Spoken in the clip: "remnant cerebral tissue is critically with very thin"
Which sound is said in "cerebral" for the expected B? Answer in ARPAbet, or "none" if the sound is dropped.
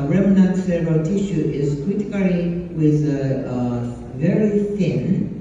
none